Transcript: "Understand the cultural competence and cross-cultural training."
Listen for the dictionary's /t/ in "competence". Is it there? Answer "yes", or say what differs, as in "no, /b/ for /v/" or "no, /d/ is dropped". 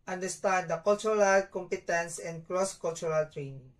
yes